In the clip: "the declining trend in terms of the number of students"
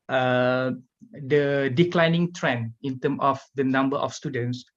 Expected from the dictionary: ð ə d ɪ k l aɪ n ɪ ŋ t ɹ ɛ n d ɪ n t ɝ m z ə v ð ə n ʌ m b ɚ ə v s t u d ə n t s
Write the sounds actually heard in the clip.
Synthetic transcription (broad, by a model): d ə d ɪ k l aɪ n ɪ ŋ t ɹ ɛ n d ɪ n t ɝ m ə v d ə n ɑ m b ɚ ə f s t u d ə n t s